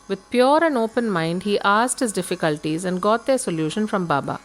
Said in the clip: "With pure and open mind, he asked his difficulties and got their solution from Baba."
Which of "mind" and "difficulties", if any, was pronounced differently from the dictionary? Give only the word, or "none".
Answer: none